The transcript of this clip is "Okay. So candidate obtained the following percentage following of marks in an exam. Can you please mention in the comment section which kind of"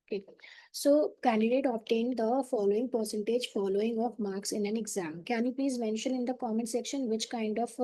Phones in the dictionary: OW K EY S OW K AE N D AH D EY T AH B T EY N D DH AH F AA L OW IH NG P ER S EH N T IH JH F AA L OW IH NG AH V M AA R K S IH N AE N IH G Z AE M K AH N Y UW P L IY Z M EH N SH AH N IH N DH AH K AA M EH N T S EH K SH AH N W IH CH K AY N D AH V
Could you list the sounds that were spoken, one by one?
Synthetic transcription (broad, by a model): OW K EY S OW K AE N D AH D EY T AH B T EY N D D AH F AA L OW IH NG P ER S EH N T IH JH F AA L OW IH NG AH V M AA R K S IH N AE N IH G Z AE M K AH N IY P L IY Z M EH N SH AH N IH N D AH K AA M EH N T S EH K SH AH N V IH CH K AY N D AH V